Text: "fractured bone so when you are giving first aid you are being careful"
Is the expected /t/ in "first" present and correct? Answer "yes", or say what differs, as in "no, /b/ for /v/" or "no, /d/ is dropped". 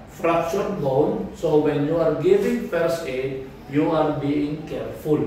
no, /t/ is dropped